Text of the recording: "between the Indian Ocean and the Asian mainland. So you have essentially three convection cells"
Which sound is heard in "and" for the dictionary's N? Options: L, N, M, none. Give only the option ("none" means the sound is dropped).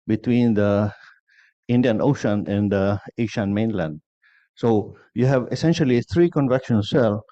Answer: N